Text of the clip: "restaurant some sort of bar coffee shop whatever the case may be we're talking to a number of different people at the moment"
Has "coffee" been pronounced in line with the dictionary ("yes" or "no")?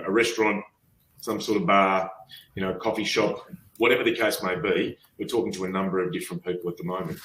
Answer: yes